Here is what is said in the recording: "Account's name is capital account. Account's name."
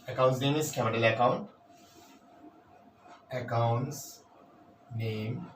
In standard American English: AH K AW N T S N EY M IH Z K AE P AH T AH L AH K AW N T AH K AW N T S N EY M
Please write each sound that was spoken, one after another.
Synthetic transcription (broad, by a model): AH K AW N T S N EY M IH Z K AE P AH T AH L AH K AW N T AH K AW N T S N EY M